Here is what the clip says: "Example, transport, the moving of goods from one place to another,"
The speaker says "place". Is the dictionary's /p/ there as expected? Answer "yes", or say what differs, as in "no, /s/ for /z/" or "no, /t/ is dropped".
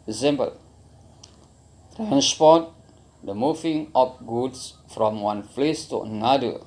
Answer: no, /f/ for /p/